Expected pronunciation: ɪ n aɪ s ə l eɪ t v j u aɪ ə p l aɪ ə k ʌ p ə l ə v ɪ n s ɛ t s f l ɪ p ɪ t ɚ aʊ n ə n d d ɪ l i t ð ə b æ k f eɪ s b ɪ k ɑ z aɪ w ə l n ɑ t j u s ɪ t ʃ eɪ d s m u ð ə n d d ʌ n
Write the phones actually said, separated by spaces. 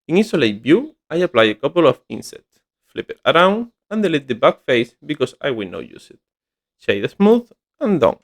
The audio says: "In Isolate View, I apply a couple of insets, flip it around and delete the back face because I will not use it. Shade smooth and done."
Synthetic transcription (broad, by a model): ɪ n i s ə l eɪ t b j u aɪ ə p l aɪ ə k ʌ p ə l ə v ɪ n s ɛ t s f l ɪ p ɪ t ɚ aʊ n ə n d d ɪ l i t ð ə b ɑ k f eɪ s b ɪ k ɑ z aɪ w ə l n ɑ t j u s ɪ t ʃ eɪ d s m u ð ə n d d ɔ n